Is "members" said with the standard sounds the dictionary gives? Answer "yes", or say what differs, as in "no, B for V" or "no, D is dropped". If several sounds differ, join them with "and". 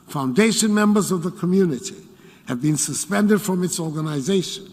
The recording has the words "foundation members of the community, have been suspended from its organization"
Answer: yes